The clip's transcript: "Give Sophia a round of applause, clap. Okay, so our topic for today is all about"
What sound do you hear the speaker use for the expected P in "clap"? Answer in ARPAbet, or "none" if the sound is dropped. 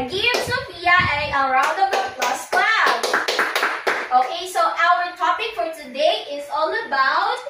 B